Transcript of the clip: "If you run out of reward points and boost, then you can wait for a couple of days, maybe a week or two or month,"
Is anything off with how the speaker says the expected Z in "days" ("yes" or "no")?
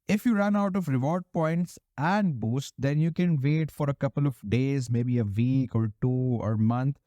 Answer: no